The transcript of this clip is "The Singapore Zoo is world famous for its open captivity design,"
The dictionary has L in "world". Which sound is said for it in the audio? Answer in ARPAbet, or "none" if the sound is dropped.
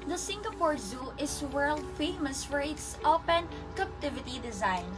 L